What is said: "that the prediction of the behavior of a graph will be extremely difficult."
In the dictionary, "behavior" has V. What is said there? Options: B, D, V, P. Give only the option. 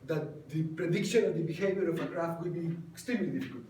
B